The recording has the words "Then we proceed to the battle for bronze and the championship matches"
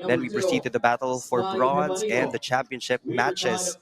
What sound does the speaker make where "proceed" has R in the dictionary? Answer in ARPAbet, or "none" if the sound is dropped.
R